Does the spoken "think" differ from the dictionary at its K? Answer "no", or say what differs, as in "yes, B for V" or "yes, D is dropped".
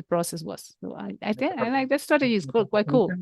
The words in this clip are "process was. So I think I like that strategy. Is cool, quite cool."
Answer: yes, K is dropped